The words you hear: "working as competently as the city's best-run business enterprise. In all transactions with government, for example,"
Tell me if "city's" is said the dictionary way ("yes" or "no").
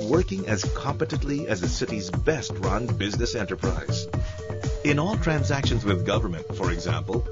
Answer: yes